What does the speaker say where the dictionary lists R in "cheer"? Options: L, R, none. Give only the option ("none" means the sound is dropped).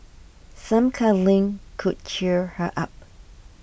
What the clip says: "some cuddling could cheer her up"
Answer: R